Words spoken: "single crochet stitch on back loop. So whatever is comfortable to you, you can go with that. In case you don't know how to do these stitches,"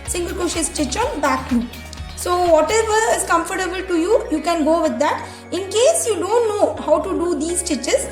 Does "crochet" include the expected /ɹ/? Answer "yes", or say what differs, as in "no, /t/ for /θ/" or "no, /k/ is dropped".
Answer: no, /ɹ/ is dropped